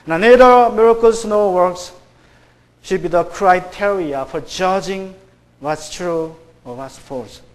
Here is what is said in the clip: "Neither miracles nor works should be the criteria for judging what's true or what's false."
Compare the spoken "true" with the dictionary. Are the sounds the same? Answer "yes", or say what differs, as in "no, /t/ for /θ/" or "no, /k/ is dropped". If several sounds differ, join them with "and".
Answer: yes